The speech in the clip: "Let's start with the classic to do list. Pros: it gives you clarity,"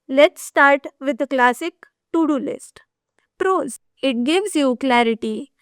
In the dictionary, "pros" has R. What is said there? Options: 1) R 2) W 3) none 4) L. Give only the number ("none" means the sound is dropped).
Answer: 1